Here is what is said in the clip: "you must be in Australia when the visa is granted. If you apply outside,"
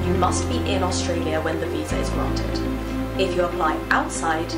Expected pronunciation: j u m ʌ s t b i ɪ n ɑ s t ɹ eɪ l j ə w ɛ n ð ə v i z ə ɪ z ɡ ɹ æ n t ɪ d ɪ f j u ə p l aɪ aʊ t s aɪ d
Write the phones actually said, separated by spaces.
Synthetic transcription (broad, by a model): j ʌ m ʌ s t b i ɪ n ɑ s t ɹ eɪ l j ə w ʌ n ð ə v i z ə ɪ z ɡ ɹ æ n t ɪ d ɪ f j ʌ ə p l aɪ aʊ t s aɪ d